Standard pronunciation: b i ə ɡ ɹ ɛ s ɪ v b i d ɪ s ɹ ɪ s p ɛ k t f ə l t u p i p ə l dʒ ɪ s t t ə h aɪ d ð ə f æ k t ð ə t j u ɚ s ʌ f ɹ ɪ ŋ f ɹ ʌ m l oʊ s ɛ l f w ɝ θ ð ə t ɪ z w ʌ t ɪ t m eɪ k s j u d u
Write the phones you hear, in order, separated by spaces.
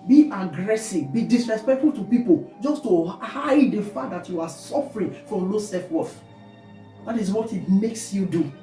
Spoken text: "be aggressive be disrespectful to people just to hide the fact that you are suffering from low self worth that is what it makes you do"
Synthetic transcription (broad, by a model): b i ə ɡ ɹ ɛ s ɪ v b i d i s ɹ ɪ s p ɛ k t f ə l t u p i p ə l dʒ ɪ s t t ə h aɪ d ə f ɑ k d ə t j u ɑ s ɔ f ɹ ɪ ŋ f ɹ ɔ m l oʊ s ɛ f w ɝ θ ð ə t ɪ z w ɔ t ɪ t m eɪ k s j u d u